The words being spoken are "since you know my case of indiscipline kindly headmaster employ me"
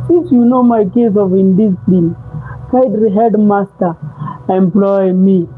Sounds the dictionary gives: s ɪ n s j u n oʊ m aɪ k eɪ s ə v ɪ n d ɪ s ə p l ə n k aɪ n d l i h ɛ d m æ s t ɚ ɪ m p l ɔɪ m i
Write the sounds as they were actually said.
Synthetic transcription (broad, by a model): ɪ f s j u n oʊ m aɪ k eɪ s ə v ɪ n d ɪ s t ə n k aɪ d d i h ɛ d m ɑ s t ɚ ɪ m p l ɔɪ m i